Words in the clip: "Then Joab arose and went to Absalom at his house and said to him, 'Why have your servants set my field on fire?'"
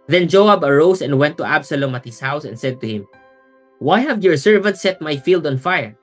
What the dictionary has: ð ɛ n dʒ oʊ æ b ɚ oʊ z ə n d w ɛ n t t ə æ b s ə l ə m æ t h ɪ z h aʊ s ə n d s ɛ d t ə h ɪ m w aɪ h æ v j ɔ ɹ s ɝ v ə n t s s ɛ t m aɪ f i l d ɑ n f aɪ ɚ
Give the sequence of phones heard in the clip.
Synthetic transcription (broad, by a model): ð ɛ n dʒ oʊ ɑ b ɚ oʊ s ə n d w ɛ n t t ə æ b s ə l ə m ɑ t h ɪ s h aʊ s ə n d s ɛ d t ə h ɪ m w aɪ h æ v j ɔ ɹ s ɝ v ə n t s s ɛ t m aɪ f i l d ɑ n f aɪ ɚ